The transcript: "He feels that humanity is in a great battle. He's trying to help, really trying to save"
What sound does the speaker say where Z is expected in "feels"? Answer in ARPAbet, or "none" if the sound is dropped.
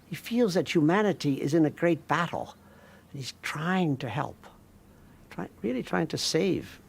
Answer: Z